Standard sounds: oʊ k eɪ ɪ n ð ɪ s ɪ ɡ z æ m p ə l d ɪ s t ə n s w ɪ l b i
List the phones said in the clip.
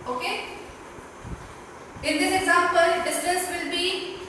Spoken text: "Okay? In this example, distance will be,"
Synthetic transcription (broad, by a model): oʊ k eɪ ɪ n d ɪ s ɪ ɡ z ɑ m p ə l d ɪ s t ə s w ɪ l b i